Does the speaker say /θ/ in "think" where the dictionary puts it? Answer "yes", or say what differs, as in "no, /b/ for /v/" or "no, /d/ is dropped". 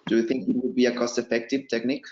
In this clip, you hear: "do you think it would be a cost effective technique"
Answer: yes